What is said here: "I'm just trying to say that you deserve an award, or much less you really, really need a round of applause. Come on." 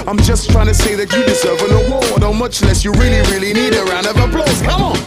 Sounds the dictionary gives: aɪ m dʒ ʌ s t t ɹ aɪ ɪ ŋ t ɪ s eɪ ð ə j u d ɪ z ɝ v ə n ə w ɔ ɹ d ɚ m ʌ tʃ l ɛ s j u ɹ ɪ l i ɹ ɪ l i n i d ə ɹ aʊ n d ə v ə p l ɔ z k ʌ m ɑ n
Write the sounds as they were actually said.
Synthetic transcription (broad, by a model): aɪ m dʒ ʌ s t t ɹ aɪ ɪ ŋ t ɪ s eɪ ð ə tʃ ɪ d ɪ z ɝ v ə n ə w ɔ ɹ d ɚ m ʌ tʃ l ɛ s j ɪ ɹ ɪ l i ɹ ɪ l i n i d ə ɹ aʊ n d ə v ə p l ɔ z k ʌ m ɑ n